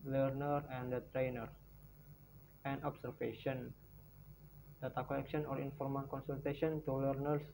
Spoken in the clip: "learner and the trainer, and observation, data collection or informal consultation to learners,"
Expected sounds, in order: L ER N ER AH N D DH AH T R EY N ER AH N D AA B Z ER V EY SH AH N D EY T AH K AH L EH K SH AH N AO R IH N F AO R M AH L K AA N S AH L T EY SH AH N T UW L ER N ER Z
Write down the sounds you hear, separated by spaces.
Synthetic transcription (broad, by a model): L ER N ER AH N D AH T R EY N ER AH N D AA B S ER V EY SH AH N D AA T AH K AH L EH K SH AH N AO R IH N F AO R M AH N K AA N S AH L T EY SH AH N T UW L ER N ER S